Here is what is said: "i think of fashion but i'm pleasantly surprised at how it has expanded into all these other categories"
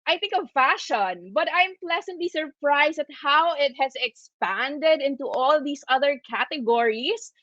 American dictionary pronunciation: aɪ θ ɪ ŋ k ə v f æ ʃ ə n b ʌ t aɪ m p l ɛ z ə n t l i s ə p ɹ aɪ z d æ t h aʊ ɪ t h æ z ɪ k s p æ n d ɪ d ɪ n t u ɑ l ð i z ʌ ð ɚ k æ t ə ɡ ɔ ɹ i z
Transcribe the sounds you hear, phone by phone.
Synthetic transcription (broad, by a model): aɪ θ ɪ ŋ k ə v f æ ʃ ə n b ʌ t aɪ m p l ɛ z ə n t l i s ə p ɹ aɪ s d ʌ t h aʊ ɪ t h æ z ɪ k s p æ n d ɪ d ɪ n t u ɑ l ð i s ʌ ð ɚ k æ t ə ɡ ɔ ɹ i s